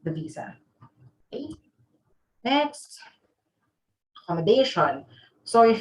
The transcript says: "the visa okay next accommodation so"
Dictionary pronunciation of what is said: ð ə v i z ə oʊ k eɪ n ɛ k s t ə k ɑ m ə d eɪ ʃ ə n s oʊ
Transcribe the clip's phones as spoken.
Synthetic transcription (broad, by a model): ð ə v i z ə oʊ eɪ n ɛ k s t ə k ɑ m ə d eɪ ʃ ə n s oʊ